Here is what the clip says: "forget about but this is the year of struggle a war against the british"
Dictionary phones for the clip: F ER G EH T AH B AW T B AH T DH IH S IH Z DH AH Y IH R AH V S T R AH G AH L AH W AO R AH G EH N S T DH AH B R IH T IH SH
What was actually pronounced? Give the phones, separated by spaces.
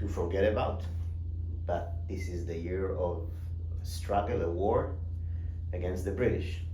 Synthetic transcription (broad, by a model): F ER G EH T AH B AW T B AH T DH IH S IH Z DH AH Y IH R AH V S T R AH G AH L AH W AO R AH G EH N S T DH AH B R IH T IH SH